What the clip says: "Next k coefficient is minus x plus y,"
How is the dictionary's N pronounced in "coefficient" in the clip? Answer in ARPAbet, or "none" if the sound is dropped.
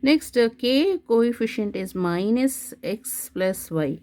N